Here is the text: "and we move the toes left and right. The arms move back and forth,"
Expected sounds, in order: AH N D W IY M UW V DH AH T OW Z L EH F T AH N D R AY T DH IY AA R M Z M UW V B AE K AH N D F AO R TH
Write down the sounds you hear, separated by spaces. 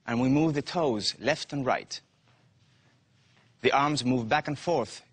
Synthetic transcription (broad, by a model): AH N W IY M UW V DH AH T OW Z L EH F T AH N R AY T DH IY AA R M Z M UW V B AE K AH N F AO R TH